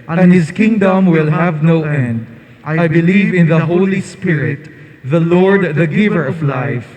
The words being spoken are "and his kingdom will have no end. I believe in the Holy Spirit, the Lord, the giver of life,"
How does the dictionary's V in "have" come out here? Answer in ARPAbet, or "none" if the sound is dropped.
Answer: V